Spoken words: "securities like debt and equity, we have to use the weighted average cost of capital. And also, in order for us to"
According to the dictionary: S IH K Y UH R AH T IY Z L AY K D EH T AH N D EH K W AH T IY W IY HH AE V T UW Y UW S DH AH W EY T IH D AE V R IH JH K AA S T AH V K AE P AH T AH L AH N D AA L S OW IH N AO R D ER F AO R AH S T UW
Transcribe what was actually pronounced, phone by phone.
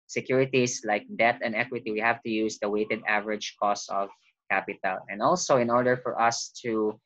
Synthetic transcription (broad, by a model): S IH K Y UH R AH T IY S L AY K D EH T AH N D EH K W AH T IY W IY HH AE V T UW Y UW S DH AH W EY T IH D AE V R IH JH K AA S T AH V K AE P AH T AH L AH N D AA L S OW IH N AO R D ER F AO R AH S T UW